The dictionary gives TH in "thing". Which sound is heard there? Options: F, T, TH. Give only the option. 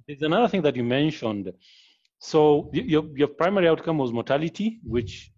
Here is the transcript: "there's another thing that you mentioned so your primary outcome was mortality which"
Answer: TH